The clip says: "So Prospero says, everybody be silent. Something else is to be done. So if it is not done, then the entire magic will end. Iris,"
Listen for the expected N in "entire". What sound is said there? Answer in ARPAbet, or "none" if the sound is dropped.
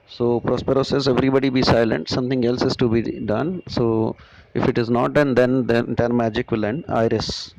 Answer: none